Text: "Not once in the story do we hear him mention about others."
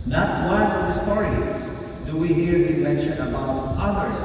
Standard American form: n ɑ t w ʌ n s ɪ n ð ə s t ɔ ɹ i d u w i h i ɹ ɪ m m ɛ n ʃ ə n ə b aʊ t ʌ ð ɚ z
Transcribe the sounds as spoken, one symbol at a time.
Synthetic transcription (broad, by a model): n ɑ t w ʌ s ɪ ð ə s t ɔ ɹ i d u w i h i ɹ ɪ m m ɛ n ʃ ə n ə b aʊ t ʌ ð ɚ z